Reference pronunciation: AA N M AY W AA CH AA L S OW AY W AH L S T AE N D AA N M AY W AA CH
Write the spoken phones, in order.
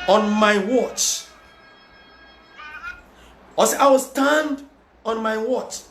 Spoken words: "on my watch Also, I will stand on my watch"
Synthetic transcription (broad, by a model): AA N M AY W AA CH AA S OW AY W AH L S T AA N D AA N M AY W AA CH